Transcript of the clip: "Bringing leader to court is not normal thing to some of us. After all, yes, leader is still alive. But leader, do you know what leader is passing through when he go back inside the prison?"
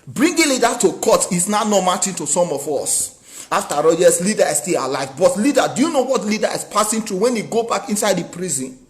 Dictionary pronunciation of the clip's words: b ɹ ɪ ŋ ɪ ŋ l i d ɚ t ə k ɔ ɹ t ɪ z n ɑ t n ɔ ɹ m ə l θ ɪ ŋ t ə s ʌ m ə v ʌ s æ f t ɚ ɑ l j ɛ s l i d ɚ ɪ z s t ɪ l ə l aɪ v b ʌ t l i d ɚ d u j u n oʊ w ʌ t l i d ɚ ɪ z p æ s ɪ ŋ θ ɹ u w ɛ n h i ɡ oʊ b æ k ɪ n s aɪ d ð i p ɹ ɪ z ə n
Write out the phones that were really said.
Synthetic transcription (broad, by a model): b ɹ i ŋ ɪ l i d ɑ t ə k ɔ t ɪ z n ɑ n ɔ m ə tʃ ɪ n t ə s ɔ m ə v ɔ s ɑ f t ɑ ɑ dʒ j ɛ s l i d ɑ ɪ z s t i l ə l aɪ v b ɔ t l i d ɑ d u j u n oʊ w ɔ t l i d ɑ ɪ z p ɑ s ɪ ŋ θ ɹ u w ɛ n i ɡ oʊ b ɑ k ɪ n s aɪ d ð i p ɹ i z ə n